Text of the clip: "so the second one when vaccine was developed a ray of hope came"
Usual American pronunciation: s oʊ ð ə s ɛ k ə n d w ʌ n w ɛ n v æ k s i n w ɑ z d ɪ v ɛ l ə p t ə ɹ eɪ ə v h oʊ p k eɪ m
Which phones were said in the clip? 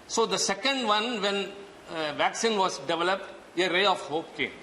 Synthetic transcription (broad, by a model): s oʊ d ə s ɛ k ə n d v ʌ n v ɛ n v æ k s i n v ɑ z d ɪ v ɛ l ə p t ə ɹ eɪ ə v h oʊ p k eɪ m